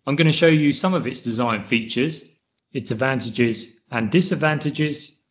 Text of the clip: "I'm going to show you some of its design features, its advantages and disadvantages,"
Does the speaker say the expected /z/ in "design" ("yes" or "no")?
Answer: yes